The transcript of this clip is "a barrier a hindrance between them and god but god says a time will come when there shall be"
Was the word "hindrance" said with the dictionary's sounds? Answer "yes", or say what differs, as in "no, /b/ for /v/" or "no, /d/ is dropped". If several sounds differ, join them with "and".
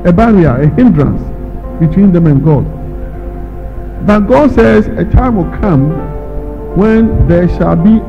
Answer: yes